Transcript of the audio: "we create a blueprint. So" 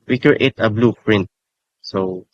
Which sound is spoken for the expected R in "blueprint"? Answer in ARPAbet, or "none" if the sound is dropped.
R